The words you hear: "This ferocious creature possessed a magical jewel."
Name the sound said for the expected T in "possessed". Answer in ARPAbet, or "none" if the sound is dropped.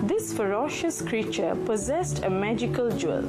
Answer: T